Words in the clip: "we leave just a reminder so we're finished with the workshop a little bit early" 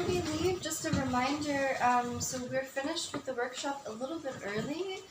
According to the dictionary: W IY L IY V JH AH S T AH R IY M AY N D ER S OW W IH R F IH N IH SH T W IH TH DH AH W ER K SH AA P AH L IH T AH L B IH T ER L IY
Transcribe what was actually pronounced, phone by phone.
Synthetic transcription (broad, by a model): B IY L IY V JH AH S T AH R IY M AY N D ER S OW W IH R F IH N IH SH T W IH DH AH W ER K SH AA P AH L IH T L B IH T ER L IY